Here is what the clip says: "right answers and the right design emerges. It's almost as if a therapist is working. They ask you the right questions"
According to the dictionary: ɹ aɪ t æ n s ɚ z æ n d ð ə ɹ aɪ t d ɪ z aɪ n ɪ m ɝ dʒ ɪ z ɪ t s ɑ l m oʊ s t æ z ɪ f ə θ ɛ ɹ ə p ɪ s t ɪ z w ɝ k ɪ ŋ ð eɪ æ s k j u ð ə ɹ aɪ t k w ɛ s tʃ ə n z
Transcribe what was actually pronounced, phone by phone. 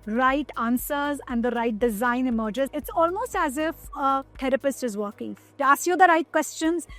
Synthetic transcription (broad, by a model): ɹ aɪ t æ n s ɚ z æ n d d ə ɹ aɪ t d ɪ z aɪ n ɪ m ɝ dʒ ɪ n ɪ t s ɑ l m oʊ s t æ z ɪ f ə t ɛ ɹ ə p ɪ s t ɪ z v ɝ k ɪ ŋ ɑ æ s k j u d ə ɹ aɪ t k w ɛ s tʃ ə n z